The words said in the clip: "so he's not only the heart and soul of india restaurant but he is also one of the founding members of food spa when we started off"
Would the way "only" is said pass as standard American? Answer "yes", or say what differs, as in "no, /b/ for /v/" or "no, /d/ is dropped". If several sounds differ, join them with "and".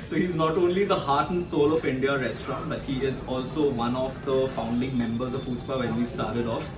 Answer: yes